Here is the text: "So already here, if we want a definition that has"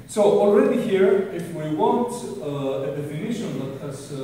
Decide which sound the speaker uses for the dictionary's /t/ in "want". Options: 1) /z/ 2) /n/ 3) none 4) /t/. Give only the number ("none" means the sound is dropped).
4